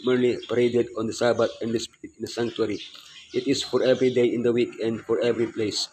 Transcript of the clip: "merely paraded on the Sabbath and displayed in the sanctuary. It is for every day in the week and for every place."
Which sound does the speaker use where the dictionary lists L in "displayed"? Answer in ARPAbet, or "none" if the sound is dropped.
none